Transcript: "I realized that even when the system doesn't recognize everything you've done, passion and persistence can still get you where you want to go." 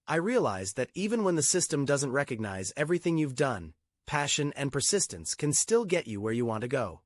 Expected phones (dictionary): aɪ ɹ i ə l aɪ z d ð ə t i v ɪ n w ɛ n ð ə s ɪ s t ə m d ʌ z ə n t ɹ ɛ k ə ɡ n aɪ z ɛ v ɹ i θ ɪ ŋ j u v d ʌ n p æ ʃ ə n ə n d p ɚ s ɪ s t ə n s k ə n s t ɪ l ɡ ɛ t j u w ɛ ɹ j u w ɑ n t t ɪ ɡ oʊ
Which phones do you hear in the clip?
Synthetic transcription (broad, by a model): aɪ ɹ i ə l aɪ z ð ə t i v ɪ n w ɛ n ð ə s ɪ s t ə m d ʌ z ə n t ɹ ɛ k ə ɡ n aɪ z ɛ v ɹ i θ ɪ ŋ j u v d ʌ n p æ ʃ ə n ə n p ɚ s ɪ s t ə n s k ə n s t ɪ l ɡ ɛ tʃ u w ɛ ɹ j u w ɑ n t t ɪ ɡ oʊ